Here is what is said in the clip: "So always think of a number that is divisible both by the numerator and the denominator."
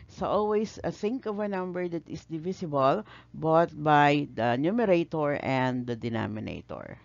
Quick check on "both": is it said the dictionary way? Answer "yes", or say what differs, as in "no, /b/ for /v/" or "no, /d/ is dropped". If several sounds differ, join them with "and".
no, /t/ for /θ/